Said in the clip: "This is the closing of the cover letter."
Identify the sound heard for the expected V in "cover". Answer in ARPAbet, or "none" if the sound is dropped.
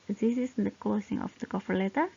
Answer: F